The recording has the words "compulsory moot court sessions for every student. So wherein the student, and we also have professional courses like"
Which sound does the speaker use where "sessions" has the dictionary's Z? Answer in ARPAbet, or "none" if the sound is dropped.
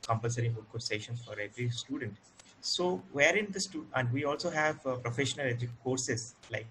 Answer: none